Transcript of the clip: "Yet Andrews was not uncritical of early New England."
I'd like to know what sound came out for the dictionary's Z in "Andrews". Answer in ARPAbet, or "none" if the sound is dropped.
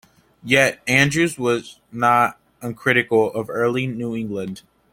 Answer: Z